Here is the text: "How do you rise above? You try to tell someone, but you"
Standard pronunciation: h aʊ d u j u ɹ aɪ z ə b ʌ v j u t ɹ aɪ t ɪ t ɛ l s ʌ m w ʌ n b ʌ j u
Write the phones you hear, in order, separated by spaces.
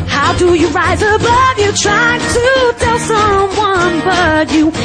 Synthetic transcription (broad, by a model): h aʊ d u j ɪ ɹ aɪ z ə b ʌ v j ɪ t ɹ aɪ t ɪ t ɛ l s ʌ m w ʌ n b ʌ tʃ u